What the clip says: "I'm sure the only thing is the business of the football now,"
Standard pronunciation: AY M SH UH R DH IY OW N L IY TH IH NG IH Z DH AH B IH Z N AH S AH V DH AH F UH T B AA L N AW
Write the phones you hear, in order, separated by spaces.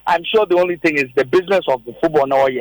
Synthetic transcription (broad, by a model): AY M SH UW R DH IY OW N L IY TH IH NG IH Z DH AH B IH Z N AH S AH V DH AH F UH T B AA L N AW